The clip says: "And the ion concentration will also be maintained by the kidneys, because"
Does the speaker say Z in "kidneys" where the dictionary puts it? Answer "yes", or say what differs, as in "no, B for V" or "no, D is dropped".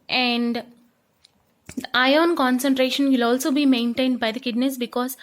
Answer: no, S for Z